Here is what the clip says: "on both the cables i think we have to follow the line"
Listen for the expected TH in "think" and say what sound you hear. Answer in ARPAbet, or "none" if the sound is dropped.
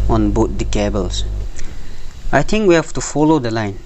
T